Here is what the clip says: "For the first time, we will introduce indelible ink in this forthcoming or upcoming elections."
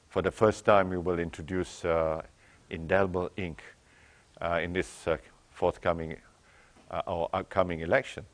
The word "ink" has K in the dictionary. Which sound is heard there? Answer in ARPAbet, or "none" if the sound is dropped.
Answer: K